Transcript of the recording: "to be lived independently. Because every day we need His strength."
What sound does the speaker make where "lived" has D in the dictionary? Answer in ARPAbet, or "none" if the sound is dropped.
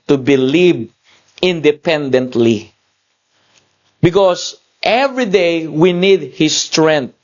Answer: none